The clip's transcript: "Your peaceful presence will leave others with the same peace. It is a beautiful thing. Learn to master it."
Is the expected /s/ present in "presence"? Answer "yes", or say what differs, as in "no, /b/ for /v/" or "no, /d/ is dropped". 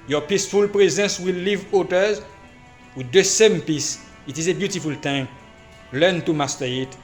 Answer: yes